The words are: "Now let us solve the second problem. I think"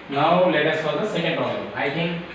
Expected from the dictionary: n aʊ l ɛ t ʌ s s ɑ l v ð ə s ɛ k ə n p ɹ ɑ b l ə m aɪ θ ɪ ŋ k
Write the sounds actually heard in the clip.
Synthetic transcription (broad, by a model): n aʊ l ɛ t ʌ s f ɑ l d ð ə s ɛ k ə n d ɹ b ə aɪ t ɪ ŋ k